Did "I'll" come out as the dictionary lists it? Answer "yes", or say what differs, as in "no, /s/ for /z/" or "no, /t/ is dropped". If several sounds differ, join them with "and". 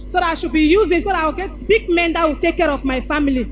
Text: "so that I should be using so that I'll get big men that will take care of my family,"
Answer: no, /w/ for /l/